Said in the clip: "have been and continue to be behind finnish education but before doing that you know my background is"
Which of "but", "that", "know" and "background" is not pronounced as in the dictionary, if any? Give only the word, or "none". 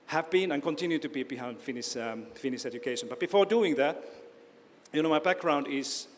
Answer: none